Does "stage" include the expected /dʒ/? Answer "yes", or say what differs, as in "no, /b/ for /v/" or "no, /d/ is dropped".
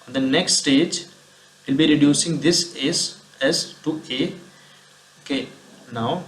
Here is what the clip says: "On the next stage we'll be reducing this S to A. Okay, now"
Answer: yes